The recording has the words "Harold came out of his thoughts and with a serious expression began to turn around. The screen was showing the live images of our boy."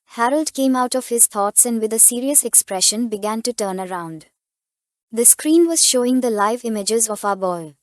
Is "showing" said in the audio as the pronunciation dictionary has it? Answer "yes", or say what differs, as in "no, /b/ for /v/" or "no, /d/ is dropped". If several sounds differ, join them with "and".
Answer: yes